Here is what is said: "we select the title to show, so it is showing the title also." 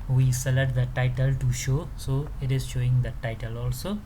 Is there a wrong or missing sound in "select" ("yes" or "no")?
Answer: yes